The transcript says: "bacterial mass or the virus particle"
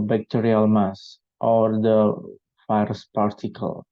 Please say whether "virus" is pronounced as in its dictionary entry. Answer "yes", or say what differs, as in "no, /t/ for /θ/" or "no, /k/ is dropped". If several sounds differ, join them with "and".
no, /f/ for /v/